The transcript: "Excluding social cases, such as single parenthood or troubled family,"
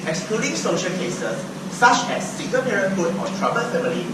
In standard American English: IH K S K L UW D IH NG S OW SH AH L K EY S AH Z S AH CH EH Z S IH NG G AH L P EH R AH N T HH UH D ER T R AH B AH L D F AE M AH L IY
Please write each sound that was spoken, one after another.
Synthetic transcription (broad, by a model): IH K S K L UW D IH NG S OW SH AH L K EY S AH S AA CH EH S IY G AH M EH R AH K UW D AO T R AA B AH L F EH M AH L IY